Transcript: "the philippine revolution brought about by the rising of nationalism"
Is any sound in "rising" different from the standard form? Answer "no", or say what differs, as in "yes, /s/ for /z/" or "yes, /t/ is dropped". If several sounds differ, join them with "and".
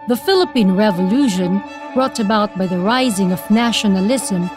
no